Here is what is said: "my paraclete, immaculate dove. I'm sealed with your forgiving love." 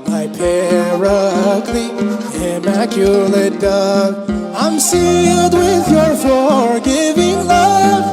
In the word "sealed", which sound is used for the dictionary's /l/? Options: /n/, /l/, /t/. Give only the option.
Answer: /l/